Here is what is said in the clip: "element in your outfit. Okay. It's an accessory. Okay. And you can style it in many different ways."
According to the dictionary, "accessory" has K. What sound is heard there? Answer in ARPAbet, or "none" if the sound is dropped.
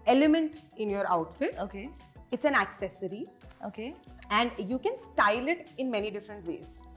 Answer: K